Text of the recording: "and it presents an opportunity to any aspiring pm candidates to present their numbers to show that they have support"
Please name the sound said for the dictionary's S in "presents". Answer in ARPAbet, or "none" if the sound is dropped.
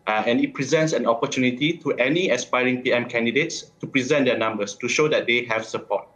S